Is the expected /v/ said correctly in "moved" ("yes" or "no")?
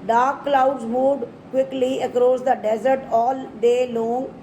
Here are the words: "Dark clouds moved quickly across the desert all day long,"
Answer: no